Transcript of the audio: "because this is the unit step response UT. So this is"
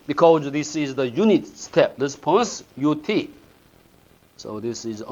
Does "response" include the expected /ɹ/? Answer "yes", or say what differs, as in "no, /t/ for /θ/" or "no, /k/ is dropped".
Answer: no, /l/ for /ɹ/